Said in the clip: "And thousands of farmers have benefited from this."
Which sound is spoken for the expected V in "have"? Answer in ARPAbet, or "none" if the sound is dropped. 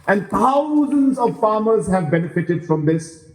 V